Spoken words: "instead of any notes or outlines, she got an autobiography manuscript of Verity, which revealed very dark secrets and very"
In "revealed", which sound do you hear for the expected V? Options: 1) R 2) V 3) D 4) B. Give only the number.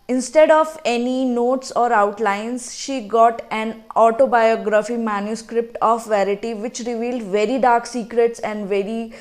2